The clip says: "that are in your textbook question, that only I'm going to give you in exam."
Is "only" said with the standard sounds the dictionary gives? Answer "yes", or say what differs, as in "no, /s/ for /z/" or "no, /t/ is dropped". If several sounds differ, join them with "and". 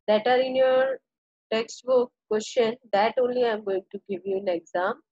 yes